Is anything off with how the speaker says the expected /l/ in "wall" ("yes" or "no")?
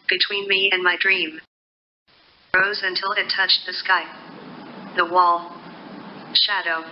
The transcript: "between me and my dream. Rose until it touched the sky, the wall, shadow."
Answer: no